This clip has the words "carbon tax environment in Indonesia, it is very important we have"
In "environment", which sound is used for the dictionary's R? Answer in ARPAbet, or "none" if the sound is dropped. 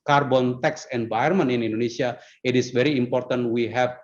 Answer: none